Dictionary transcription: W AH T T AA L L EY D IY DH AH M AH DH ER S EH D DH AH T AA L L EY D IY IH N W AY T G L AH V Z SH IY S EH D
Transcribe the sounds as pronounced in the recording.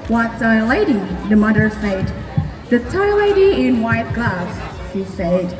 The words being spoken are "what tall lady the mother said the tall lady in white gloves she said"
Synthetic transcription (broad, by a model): W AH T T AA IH L EY D IY DH AH M AH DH ER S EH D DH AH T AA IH L EY D IY IH N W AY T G AH Z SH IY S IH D